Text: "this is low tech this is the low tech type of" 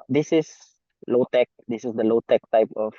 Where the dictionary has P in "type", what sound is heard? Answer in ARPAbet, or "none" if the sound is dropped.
P